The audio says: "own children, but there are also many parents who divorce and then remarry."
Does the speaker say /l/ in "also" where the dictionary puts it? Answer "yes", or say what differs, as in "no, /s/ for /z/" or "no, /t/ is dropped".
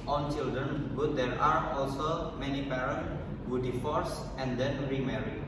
yes